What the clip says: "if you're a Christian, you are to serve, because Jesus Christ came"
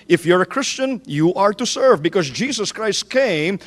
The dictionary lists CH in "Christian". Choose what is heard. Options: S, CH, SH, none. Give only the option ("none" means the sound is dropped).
CH